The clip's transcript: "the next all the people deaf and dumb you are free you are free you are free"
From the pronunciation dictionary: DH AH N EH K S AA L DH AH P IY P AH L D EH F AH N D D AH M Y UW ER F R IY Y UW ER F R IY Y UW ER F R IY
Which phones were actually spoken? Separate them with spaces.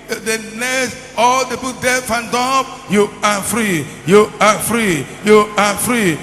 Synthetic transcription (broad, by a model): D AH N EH S AA L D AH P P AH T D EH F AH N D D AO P Y UW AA F R IY Y UW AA F R IY Y UW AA F R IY